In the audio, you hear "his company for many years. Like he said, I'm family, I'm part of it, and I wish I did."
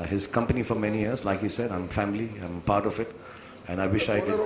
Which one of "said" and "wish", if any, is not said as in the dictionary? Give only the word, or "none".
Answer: none